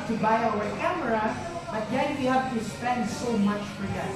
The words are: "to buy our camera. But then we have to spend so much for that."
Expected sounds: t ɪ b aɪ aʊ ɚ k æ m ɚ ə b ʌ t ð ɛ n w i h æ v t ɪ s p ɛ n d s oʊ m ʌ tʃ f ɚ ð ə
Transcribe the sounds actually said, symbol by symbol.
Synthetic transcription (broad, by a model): t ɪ b aɪ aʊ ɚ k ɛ m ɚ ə b ʌ t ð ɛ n w i h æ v t ɪ s p ɛ n d s oʊ m ʌ tʃ f ɚ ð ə